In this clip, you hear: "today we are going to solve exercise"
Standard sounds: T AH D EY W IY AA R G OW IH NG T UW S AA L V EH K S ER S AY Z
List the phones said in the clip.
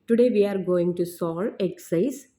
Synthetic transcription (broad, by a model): T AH D EY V IY AA R G OW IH NG T UW S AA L EH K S S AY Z